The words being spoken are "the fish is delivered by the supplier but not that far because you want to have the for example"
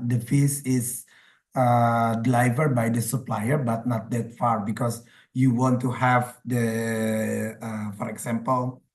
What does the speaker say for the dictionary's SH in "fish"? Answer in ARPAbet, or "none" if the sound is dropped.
S